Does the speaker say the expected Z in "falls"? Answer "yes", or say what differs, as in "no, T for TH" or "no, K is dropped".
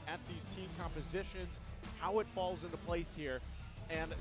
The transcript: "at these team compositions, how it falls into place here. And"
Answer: yes